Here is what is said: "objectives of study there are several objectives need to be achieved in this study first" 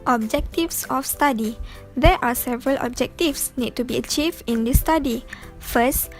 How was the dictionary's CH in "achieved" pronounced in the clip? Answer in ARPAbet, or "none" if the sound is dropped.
CH